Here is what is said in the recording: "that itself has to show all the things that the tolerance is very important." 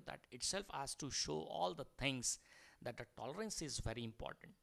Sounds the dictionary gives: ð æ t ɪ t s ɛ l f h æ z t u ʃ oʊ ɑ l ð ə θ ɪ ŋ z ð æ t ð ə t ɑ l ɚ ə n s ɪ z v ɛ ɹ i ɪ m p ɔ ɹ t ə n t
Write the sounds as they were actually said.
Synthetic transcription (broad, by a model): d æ t ɪ t s ɛ l f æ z t u ʃ oʊ ɑ l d ə t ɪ ŋ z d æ t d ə t ɑ l ɚ ə n s ɪ z v ɛ ɹ i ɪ m p ɔ ɹ t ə n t